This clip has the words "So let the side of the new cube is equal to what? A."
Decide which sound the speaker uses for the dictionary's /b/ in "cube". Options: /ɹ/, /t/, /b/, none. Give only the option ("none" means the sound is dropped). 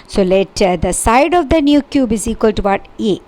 /b/